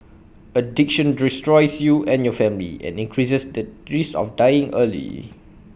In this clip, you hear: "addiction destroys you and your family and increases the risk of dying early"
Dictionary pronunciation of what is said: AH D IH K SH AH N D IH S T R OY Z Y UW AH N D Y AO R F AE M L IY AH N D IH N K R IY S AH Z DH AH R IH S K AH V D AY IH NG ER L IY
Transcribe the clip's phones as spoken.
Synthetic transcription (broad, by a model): AH D IH K SH AH N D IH S T R OY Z Y UW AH N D Y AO F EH M L IY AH N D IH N K R IY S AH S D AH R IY S AH F D AY IH NG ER L IY